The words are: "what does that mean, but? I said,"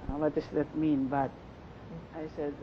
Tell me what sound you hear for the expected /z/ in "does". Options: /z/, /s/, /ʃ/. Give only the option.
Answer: /s/